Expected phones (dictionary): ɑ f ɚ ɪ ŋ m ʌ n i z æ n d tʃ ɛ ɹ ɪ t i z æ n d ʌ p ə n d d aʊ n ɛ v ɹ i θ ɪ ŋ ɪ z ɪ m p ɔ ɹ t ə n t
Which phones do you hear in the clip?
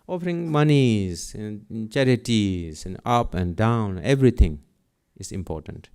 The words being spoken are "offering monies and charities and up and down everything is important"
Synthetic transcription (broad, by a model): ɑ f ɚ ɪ ŋ m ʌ n i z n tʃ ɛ ɹ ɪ t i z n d ʌ p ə n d d aʊ n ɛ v ɹ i t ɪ ŋ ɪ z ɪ m p ɔ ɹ t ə n t